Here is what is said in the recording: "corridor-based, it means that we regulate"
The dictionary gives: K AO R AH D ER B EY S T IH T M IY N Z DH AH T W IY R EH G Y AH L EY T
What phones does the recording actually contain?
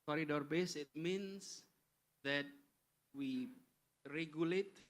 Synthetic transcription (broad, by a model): K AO R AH D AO B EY S IH T M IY N S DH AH T W IY R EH G Y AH L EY T